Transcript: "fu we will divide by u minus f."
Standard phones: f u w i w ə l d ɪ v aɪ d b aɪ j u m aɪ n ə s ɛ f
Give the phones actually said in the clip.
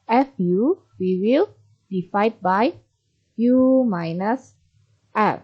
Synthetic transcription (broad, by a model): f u w i w ə l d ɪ f aɪ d b aɪ j u m aɪ n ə s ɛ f